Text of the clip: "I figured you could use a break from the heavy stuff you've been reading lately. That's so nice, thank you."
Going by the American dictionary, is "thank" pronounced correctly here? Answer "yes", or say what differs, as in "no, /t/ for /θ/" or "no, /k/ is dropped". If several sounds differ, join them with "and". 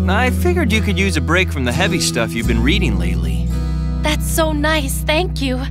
yes